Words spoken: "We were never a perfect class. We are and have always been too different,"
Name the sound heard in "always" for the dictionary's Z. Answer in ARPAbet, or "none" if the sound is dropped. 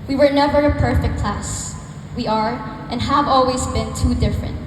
Z